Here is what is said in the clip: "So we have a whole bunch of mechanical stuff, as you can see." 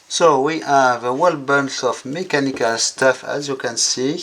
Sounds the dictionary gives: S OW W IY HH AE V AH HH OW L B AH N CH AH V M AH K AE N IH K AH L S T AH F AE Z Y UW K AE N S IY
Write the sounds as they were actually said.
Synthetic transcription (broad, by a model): S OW W IY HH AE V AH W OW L B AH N S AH F M AH K AE N IH K AH L S T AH F AE Z Y UW K AE N S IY